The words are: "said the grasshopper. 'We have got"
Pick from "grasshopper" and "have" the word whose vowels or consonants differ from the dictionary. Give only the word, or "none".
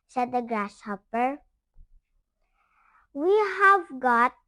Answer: grasshopper